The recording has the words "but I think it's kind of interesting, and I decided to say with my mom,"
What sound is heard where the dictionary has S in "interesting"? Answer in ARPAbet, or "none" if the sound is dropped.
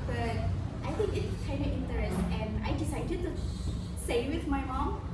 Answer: none